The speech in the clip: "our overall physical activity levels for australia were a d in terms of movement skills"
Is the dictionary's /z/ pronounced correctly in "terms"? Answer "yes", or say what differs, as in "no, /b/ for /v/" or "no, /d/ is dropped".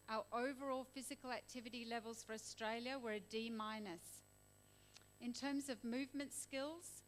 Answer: yes